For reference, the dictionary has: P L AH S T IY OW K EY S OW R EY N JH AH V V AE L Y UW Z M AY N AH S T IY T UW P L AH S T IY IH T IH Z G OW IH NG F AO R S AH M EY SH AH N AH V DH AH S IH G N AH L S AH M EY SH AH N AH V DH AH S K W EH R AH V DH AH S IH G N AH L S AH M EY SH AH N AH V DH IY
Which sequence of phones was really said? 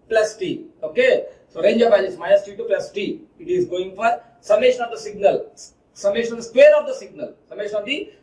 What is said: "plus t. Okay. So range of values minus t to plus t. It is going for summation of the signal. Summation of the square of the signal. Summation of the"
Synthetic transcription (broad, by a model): P L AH S T IY OW K EY S OW R EY N JH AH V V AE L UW S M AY AH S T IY T UW P L AH S T IY IH T IH Z G OW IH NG F AO R S AH M EY SH AH N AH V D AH S IH G N AH L S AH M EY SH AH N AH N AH S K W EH R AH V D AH S IH G N AH L S AH M EY SH AH N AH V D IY